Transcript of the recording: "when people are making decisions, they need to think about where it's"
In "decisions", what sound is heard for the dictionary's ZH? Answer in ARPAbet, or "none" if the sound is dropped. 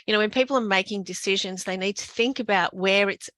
ZH